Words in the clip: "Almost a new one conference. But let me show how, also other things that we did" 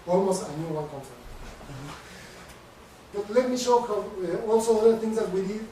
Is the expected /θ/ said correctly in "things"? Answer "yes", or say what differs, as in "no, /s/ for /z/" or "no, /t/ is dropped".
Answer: no, /t/ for /θ/